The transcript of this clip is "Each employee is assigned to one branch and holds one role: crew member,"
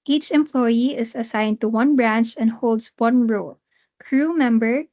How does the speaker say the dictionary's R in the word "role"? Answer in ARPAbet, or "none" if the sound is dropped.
R